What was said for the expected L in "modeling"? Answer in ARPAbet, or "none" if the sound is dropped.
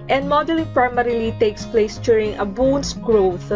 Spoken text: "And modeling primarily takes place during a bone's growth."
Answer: none